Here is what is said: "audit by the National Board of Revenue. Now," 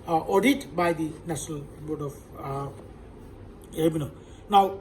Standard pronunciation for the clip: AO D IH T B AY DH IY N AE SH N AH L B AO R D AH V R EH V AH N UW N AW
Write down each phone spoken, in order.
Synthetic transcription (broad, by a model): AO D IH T B AY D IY N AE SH N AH L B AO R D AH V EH B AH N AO N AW